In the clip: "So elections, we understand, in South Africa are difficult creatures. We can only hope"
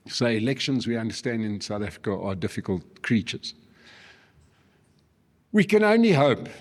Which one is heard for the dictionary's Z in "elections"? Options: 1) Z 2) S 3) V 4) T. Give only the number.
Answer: 1